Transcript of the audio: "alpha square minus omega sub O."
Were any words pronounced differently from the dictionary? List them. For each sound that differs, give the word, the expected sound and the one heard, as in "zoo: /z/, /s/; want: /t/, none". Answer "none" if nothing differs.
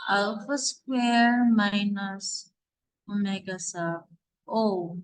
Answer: sub: /b/, none